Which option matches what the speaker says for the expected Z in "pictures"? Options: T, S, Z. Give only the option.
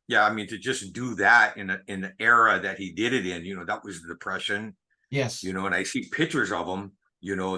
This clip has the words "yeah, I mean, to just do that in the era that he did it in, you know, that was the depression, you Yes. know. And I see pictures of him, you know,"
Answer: Z